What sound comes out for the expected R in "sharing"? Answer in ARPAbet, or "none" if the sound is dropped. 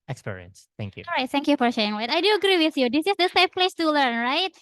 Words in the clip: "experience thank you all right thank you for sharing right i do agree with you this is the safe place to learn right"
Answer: none